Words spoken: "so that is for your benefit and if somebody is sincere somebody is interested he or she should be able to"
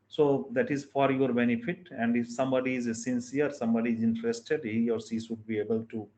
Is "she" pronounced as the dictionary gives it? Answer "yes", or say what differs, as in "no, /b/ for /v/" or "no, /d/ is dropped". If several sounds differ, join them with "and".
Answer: no, /s/ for /ʃ/